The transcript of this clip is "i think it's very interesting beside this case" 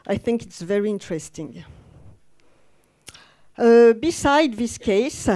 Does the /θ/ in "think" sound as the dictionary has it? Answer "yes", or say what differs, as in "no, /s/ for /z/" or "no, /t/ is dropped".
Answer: yes